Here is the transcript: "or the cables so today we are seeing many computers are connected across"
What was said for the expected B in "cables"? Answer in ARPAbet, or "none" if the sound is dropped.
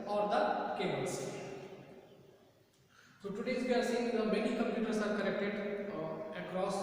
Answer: none